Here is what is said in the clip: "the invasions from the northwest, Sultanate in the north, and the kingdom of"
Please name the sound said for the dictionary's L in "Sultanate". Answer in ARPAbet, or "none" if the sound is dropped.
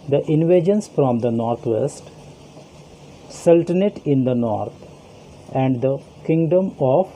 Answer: L